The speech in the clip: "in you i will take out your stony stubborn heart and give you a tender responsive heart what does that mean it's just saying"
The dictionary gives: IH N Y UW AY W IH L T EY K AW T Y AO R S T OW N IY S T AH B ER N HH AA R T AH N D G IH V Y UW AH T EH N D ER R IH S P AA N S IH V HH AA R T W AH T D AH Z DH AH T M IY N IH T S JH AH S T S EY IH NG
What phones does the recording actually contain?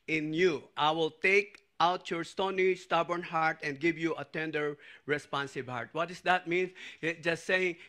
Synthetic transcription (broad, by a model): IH N Y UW AY W IH L T EY K AW T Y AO R S T OW N IY S T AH B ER N HH AA R T AH N D G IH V Y UW AH T EH N D ER R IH S P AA N S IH B HH AA R T W AH T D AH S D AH T M IY N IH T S JH AH S T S EY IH NG